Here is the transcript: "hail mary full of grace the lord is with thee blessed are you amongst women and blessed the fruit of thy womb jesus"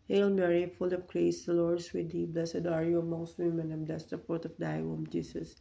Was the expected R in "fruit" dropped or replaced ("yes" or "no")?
yes